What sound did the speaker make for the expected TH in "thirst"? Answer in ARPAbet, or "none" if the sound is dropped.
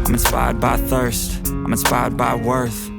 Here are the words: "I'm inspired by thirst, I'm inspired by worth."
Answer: TH